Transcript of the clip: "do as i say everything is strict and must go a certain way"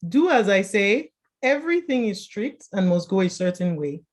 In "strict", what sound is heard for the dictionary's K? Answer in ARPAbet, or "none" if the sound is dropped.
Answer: K